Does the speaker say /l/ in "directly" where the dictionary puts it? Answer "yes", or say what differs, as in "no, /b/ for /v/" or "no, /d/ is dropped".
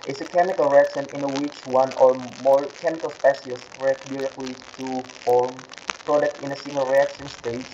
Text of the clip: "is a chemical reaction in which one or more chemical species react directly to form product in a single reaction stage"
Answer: yes